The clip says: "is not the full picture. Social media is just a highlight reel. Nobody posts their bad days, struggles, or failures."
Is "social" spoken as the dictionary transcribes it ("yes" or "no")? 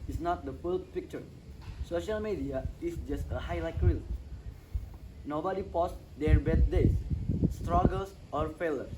yes